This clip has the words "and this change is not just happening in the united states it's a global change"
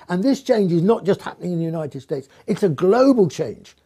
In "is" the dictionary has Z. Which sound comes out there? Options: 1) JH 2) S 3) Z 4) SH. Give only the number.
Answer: 3